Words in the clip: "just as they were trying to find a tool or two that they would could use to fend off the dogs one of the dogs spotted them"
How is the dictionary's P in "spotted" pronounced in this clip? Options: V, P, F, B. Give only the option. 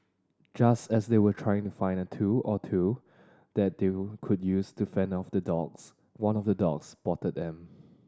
B